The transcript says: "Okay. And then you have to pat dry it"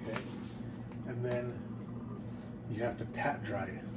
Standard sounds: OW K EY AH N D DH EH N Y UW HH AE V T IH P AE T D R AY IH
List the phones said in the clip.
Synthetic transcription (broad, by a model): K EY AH N DH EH N Y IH HH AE F T IH P AE T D R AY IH